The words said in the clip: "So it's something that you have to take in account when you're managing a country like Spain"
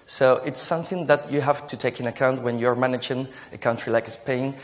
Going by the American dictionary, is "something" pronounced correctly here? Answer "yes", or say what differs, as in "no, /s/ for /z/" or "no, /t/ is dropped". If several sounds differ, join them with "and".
yes